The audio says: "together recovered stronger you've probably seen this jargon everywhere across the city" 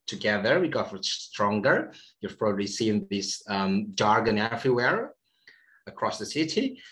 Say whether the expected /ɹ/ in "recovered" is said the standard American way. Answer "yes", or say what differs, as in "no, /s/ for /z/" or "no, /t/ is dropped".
no, /w/ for /ɹ/